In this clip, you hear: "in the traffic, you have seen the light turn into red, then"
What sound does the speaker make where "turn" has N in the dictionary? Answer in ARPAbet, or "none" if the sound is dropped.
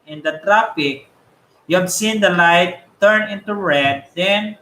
N